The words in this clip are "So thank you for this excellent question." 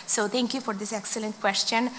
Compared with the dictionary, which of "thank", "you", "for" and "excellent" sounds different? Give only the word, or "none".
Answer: thank